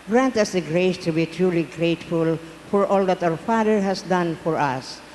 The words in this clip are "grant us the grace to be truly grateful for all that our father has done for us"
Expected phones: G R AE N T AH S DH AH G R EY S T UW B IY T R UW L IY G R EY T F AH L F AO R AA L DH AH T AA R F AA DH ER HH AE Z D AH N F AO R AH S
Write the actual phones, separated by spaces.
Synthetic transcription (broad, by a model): G R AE N T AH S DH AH G R EY S T UW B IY T R UW L IY G R EY T F AH L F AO R AA L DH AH T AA W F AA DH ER HH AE S D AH N F AO R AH S